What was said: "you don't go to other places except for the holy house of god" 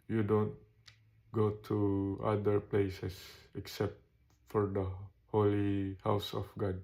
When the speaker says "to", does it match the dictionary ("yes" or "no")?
yes